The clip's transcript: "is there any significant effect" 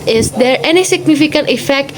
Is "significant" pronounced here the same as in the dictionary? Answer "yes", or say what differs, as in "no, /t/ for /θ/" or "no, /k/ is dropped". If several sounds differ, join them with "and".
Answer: yes